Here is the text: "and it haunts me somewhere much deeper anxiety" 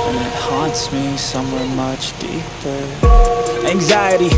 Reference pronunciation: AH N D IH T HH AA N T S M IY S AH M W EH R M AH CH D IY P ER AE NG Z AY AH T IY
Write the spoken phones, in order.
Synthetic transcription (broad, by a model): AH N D IH T HH AA N T S M IY S AH M W EH R M AH CH D IY P ER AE NG Z AY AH T IY